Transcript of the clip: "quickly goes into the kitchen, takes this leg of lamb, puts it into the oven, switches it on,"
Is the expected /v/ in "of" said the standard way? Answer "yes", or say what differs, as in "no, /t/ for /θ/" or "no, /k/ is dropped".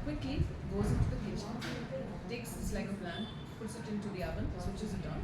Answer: no, /p/ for /v/